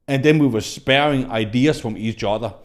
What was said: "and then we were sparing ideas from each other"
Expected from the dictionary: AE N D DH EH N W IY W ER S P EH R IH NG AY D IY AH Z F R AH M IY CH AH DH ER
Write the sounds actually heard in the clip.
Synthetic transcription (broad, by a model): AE N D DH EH N W IY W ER S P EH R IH NG AY D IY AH S F R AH M IY S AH DH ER